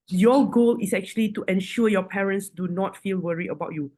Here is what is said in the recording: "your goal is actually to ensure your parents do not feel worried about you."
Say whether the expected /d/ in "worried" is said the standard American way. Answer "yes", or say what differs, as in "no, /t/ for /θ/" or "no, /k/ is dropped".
no, /d/ is dropped